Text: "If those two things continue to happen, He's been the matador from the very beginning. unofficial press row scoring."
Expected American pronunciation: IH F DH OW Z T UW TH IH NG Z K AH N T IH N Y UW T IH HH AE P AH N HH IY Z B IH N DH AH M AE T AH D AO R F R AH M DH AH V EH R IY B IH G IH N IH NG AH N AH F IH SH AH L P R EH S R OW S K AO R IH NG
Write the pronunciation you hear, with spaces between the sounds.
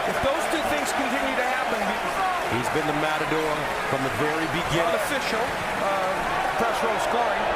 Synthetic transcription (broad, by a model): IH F DH OW Z T UW TH IH NG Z K AH N T IH N Y UW T IH HH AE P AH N HH IY Z B IH N DH AH M AE T AH D AO R F R AH M DH AH V EH R IY B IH G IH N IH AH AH F IH SH L P R EH S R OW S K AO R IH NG